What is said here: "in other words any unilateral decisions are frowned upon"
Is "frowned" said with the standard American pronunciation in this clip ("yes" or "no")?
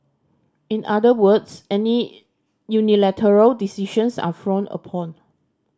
no